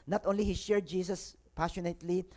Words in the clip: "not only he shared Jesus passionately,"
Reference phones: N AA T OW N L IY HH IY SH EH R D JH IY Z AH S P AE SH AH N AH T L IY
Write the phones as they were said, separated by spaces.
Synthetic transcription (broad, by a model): N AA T OW N L IY HH IY SH EH R D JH IY S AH S P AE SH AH N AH T L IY